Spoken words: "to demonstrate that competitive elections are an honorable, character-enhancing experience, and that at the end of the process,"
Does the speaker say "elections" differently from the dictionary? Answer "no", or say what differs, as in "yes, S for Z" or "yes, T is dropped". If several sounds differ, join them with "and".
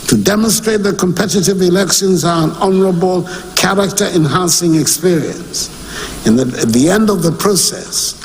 no